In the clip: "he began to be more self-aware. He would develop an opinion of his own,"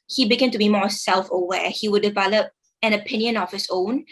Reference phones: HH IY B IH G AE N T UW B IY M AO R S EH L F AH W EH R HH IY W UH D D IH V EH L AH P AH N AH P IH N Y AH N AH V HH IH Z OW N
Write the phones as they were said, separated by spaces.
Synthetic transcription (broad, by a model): HH IY B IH G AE N T UW B IY M AO S EH L F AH W EH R HH IY W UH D D IH V EH L AH P AH N AH P IH N Y AH N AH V HH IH S OW N